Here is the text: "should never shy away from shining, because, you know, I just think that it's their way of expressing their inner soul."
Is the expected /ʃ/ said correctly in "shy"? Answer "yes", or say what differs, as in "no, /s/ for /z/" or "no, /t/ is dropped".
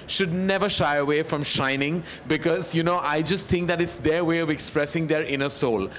yes